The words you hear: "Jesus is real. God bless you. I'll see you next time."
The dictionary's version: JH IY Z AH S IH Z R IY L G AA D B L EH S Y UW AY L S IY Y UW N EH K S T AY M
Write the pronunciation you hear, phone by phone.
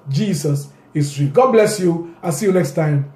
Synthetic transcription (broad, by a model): JH IY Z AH S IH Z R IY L G AA D B L EH S Y UW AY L S IY Y UW N EH K S T AY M